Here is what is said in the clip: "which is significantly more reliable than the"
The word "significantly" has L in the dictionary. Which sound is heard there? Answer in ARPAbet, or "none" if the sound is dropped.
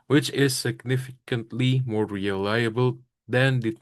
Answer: L